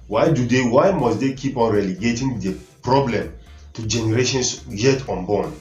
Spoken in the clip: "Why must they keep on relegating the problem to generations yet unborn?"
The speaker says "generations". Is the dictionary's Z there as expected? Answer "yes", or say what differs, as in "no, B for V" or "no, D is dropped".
no, S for Z